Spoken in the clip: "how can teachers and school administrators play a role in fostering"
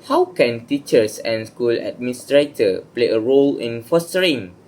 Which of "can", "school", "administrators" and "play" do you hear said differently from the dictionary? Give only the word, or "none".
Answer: administrators